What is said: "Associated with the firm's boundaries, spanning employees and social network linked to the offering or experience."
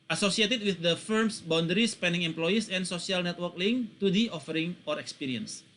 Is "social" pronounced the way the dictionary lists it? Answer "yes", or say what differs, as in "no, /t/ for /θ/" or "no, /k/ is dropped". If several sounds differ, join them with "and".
no, /s/ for /ʃ/